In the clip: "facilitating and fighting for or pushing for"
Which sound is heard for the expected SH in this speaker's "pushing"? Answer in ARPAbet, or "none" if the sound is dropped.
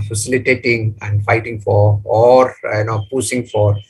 S